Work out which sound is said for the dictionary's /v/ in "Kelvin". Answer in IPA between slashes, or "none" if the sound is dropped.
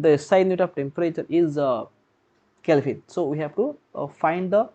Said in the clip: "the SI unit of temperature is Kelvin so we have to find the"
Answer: /f/